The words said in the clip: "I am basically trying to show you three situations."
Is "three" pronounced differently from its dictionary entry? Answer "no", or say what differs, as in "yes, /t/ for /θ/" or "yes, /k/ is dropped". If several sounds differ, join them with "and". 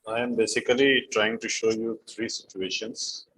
yes, /t/ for /θ/